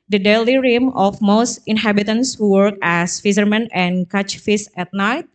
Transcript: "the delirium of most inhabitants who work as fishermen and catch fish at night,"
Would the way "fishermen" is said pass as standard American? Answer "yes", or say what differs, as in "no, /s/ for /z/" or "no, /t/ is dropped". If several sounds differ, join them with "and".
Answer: no, /s/ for /ʃ/